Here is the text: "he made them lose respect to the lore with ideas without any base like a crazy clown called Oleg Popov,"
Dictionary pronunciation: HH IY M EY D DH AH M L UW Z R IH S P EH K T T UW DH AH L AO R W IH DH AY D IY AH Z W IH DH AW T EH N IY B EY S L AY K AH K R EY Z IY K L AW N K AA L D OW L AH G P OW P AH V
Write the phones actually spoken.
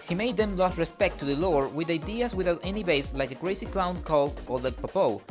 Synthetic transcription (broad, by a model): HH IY M EY D DH AH M L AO S R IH S P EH K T T UW DH AH L AO R W IH DH AY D IY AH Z W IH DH AW T EH N IY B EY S L AY K AH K R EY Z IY K L AW N K AA L D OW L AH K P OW P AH